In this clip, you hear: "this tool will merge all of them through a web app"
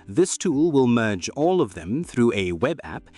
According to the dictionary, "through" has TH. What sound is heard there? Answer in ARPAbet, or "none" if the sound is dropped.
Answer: TH